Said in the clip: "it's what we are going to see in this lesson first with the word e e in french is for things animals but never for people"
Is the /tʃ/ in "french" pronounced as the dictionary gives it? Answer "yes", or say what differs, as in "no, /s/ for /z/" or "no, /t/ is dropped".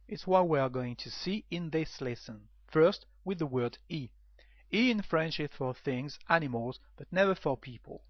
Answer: no, /ʃ/ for /tʃ/